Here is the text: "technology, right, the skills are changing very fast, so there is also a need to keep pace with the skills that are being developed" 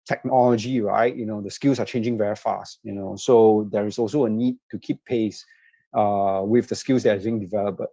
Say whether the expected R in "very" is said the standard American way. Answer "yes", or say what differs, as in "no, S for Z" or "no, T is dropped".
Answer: yes